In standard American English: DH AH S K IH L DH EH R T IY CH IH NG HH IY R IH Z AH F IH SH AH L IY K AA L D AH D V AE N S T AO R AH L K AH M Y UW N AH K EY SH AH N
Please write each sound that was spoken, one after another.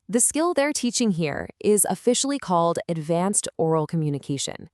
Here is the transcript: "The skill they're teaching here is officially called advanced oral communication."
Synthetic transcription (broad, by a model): DH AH S K IH L DH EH R T IY CH IH NG HH IY R IH Z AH F IH SH L IY K AA L D AH D V AE N S T AO R L K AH M Y UW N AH K EY SH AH N